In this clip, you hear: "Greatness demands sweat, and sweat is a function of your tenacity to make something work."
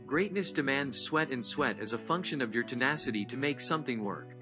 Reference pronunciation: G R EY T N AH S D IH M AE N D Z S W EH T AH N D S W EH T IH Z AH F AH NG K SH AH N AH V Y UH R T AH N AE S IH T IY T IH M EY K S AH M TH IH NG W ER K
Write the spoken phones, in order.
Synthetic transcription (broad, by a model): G R EY T N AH S D IH M AE N D Z S W EH T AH N S W EH T IH Z AH F AH NG K SH AH N AH V Y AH R T AH N AE S IH T IY T IH M EY K S AH M TH IH NG W ER K